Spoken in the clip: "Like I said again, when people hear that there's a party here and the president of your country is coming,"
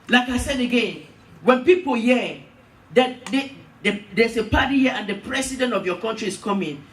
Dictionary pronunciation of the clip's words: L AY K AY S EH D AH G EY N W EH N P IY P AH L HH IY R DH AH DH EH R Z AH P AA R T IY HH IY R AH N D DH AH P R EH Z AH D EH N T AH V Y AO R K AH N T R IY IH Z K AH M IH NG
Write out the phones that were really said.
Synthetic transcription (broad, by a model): L AY K AY S EH D AH G EY N W EH N P IY P AH L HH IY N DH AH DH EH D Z AH P AA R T IY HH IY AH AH N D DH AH P R EH S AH D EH N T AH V Y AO K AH N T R IY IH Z K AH M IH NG